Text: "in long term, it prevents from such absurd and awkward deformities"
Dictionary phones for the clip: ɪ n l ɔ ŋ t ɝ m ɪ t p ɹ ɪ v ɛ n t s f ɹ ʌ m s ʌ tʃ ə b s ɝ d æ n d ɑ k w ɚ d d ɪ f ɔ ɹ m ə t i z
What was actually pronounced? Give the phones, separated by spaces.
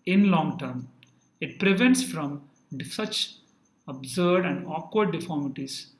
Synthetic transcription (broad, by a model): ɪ n l ɔ ŋ t ɝ m ɪ t p ɹ ɪ v ɛ n t s f ɹ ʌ m s ʌ tʃ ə b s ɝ d æ n d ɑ k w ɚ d d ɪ f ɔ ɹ m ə t i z